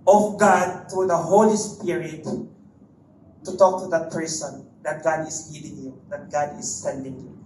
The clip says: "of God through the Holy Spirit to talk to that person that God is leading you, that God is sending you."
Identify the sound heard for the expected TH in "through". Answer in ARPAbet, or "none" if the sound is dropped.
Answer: T